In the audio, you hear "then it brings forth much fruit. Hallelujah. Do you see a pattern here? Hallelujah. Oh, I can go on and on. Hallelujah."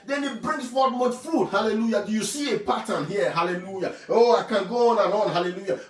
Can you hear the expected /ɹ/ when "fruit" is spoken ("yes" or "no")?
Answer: no